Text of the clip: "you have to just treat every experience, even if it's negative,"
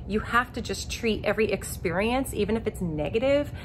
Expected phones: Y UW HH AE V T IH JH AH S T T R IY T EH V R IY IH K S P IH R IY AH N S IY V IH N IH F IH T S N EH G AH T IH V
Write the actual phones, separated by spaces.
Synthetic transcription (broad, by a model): Y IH HH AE F T IH JH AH S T T R IY T EH V R IY IH K S P IH R IY AH N S IY V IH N IH F IH T S N EH G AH T IH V